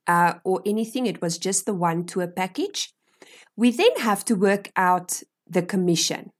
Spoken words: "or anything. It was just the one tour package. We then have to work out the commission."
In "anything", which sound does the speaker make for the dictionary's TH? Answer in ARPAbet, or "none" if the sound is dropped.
TH